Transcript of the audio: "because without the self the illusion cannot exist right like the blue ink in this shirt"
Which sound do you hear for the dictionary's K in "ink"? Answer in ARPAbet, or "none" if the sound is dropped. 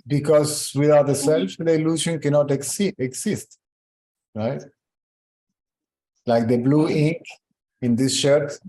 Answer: K